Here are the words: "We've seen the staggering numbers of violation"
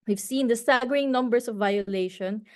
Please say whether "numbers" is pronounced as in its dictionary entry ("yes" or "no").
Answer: no